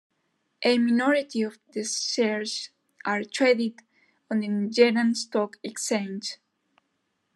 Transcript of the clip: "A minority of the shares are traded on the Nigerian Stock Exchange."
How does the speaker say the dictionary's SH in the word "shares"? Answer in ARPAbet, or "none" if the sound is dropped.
S